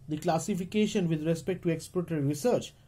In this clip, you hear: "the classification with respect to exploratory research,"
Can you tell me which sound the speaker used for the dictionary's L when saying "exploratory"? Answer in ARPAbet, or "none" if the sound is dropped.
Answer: none